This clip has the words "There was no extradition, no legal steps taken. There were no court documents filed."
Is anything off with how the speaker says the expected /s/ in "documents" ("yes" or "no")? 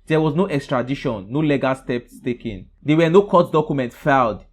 yes